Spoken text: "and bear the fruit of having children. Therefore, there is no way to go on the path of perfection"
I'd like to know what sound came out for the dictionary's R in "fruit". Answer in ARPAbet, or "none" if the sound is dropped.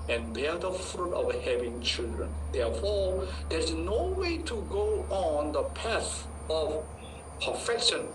R